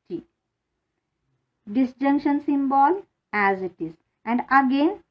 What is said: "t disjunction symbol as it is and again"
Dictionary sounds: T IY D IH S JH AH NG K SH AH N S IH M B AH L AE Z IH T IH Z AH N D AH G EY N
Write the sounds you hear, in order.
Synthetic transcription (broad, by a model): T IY D IH S JH AH NG K SH AH N S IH M B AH L AE Z IH T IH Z AH N D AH G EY N